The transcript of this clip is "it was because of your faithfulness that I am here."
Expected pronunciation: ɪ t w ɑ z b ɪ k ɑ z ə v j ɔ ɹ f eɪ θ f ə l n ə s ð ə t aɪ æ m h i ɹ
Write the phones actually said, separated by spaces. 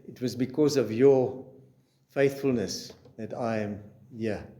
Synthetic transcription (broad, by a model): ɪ t w ɑ z b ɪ k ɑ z ə v j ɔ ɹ f eɪ θ f ə l n ə s ð ə t aɪ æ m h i